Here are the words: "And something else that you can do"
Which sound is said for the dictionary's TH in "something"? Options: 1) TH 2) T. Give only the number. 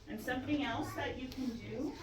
1